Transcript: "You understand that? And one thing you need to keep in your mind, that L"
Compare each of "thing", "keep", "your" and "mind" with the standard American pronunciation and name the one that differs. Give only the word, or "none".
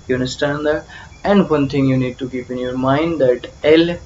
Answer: thing